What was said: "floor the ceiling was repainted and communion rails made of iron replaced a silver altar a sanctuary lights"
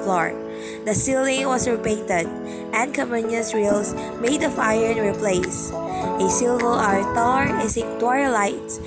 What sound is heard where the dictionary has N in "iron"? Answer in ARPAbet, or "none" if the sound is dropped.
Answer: N